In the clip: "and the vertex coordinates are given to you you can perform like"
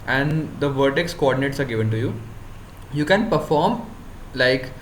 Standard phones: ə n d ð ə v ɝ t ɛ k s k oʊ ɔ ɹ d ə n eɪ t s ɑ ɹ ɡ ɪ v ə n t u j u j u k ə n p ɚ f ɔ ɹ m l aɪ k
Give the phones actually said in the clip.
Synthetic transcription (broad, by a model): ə n d ə v ɝ t ɛ k s k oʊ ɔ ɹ d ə n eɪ t s ɑ ɹ ɡ ɪ v ə n t u j u j u k ə n p ɚ f ɔ ɹ m l aɪ k